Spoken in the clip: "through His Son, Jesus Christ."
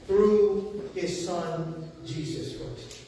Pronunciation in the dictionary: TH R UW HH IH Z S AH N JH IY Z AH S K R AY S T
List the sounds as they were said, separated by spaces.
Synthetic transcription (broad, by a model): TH R UW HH IH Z S AH N JH IY Z AH S K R AY S T